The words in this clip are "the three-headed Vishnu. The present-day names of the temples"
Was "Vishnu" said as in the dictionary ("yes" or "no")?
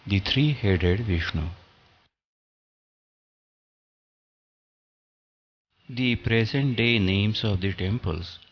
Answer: yes